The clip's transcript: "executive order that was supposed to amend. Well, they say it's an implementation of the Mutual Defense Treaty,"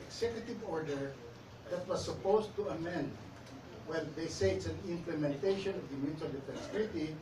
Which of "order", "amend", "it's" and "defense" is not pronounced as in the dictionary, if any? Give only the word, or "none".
none